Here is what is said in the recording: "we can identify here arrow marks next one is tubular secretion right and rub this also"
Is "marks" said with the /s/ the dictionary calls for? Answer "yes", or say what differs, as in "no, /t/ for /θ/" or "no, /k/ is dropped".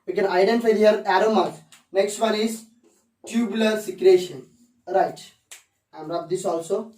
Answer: no, /s/ is dropped